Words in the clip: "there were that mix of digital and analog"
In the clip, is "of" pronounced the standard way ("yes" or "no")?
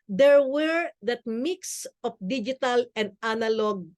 no